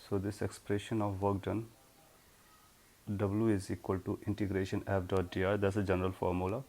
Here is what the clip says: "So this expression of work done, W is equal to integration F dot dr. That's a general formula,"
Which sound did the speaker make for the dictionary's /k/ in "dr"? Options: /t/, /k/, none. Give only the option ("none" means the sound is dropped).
none